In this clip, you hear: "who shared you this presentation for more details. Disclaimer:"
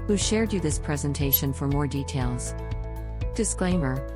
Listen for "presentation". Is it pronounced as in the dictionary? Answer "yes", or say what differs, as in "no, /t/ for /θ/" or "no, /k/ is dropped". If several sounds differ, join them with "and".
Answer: yes